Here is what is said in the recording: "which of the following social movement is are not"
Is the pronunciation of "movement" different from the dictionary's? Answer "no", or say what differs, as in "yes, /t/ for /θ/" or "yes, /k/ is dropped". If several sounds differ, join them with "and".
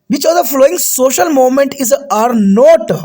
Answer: yes, /v/ is dropped